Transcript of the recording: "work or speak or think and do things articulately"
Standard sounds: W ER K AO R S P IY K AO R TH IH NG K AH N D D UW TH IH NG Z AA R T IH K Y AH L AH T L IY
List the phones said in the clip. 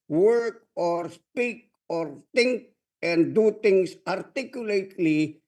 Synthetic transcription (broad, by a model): W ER K AO R S P IY K AO R T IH NG K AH N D D UW T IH NG S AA R T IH K Y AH L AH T L IY